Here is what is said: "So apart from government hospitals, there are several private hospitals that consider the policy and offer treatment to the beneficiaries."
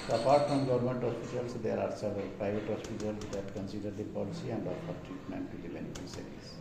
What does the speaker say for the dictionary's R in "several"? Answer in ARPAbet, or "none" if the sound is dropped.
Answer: none